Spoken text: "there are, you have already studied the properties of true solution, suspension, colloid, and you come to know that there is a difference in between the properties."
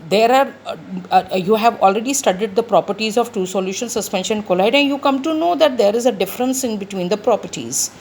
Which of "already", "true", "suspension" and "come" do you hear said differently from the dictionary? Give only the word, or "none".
true